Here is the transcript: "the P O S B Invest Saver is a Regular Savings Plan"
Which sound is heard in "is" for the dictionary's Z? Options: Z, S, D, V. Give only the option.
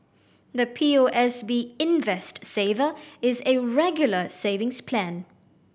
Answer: Z